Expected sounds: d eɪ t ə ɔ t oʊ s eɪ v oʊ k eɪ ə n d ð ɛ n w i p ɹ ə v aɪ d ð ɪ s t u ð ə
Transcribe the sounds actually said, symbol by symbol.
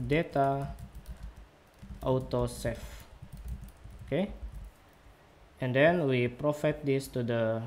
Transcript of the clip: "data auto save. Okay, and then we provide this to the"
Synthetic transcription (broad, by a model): d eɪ t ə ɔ t oʊ s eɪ f oʊ k eɪ ə n d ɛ n w i p ɹ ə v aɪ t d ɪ s t u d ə